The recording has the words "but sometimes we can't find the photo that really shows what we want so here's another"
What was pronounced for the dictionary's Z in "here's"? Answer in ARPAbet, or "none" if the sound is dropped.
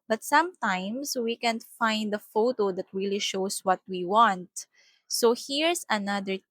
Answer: S